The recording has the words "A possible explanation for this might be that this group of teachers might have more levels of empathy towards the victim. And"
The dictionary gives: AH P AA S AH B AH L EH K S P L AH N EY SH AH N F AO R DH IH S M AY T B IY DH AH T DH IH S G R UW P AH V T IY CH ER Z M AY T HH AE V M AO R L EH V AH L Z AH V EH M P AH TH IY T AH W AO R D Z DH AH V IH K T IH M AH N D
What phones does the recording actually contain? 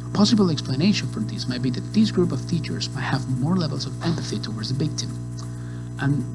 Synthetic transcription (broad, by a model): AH P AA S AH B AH L EH K S P L AH N EY SH AH N F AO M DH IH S M AY T B IY DH AH T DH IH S G R UW P AH V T IY CH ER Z M AY T HH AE V M AO R L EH V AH L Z AH V EH M P AH TH IY T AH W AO R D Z DH AH B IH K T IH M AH N